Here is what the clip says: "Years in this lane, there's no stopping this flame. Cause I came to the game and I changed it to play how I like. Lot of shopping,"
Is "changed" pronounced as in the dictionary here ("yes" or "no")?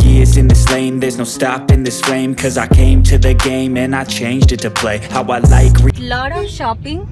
yes